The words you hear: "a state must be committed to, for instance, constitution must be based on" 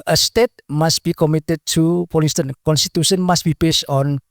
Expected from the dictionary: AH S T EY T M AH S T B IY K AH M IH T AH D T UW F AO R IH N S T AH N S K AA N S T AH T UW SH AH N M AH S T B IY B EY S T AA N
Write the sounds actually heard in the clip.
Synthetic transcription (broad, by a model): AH S T EY T M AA S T B IY K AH M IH T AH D T UW P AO L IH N S T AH N K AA N S T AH T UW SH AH N M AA S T B IY B EY S T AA N